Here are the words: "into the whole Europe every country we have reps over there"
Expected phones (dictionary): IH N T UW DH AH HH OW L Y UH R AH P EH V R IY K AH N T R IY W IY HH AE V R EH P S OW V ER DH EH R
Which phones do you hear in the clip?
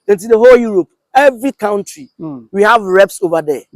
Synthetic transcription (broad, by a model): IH N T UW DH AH HH OW L Y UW R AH P EH V R IY K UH N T R IY W IY HH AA V R EH P S OW V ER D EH